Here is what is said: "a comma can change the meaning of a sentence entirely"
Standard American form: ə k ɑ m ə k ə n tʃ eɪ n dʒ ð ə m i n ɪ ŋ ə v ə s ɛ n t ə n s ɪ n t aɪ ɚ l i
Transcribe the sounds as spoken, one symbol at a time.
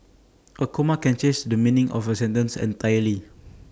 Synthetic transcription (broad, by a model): ə k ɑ m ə k ə n tʃ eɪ dʒ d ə m i n ɪ ŋ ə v ə s ɛ n t ə n s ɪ n t aɪ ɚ l i